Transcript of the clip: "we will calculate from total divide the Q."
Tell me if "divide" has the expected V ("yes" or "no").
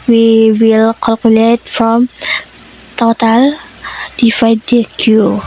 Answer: no